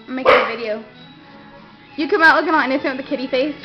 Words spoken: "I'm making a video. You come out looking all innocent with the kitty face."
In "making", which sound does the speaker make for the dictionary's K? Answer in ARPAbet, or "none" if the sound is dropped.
none